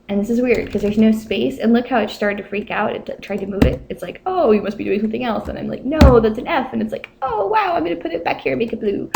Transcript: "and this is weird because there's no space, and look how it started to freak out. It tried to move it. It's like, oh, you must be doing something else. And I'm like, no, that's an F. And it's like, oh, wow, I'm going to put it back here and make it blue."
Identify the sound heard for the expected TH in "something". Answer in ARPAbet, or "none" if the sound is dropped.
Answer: TH